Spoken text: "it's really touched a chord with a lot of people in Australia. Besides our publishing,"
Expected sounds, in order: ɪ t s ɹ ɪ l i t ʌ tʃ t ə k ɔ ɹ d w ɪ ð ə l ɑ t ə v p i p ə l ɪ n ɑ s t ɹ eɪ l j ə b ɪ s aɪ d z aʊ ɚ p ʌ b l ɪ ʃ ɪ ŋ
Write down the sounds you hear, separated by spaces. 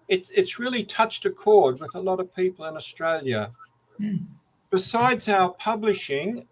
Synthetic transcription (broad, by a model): ɪ t s ɹ ɪ l i t ʌ tʃ t ə k ɔ ɹ d w ɪ ð ə l ɑ t ə v p i p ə l ɪ n ɑ s t ɹ eɪ l j ə b ɪ s aɪ d z aʊ ɚ p ʌ b l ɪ ʃ ɪ ŋ